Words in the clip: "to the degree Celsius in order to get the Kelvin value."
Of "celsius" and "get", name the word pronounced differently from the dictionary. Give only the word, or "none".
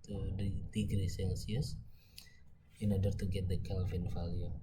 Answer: celsius